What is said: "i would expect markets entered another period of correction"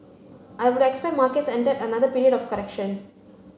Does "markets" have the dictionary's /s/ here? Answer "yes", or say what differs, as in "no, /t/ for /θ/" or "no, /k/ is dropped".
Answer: yes